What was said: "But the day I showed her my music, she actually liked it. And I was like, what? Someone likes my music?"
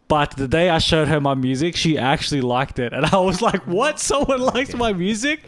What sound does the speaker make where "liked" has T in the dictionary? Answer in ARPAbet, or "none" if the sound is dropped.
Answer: T